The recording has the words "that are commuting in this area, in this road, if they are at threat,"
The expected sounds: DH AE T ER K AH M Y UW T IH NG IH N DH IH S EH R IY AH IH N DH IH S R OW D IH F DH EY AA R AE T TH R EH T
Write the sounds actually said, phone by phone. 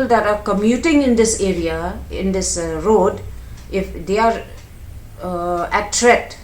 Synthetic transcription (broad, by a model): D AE T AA K AH M Y UW T IH NG IH N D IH S EH R IY AH IH N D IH S R OW D IH F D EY AA R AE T R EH T